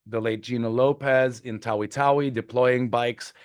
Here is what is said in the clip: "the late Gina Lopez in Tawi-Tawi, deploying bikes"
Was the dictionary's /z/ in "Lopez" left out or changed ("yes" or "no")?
no